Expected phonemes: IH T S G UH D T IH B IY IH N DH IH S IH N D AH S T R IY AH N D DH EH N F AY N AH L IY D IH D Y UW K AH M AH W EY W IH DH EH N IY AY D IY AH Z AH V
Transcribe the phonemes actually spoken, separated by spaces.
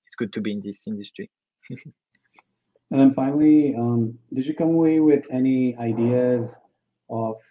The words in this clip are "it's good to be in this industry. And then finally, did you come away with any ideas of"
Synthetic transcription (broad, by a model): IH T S G UH D T IH B IY IH N DH IH S IH N D AH S T R IY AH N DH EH N F AY N L IY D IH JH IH K AH M AH W EY W IH DH EH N IY AY D IY AH Z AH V